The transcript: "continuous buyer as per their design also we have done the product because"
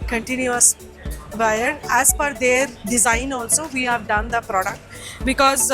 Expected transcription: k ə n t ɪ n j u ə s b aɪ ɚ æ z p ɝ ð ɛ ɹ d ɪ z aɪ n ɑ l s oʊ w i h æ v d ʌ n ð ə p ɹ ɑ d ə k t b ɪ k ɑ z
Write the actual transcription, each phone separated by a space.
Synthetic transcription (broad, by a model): k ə n t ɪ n j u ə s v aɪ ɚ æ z f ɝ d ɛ ɹ d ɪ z aɪ n ɑ l s oʊ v i h æ v d ʌ n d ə p ɹ ɑ d ə k t b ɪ k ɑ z